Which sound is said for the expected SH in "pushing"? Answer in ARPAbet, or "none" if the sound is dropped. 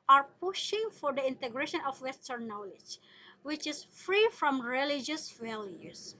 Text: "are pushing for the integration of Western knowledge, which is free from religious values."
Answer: SH